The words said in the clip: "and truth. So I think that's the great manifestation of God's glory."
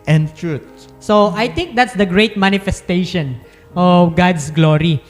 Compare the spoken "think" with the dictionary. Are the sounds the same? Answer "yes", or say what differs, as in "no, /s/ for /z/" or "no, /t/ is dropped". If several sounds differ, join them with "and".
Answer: no, /t/ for /θ/